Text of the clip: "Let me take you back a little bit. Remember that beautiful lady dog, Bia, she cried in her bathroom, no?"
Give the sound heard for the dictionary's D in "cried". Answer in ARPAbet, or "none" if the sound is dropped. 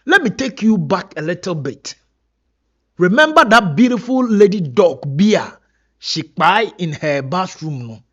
none